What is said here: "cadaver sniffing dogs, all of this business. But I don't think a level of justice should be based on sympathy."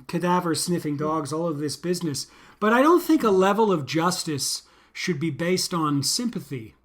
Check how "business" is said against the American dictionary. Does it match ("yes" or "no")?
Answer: yes